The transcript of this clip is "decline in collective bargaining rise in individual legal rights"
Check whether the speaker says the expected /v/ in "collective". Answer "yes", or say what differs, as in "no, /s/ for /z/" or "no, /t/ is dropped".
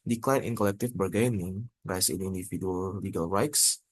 no, /f/ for /v/